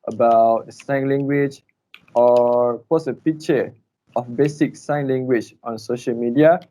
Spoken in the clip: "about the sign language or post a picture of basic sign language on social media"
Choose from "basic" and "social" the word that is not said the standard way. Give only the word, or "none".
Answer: none